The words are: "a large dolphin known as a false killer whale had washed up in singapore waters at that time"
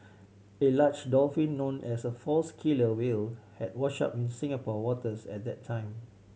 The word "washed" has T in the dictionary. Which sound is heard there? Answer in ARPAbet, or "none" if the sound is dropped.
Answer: none